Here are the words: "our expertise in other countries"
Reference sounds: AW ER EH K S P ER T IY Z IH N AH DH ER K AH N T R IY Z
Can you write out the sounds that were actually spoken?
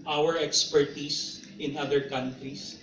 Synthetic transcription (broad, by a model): AW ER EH K S P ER T IY S IH N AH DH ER K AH N T R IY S